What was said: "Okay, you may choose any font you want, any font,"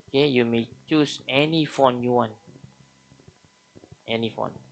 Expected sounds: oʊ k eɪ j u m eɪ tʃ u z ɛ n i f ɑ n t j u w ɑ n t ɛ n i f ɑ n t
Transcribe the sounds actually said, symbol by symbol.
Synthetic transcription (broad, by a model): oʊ k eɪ j u m eɪ tʃ u s ɛ n i f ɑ n j u w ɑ n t ɛ n i f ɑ n